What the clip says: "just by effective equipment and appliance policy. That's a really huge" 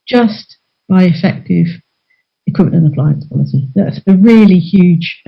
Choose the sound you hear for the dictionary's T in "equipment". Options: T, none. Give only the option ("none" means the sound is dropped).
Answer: none